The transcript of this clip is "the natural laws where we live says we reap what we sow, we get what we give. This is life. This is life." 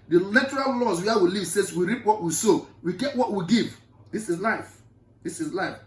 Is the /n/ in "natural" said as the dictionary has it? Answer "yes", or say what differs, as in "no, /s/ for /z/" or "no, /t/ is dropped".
no, /l/ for /n/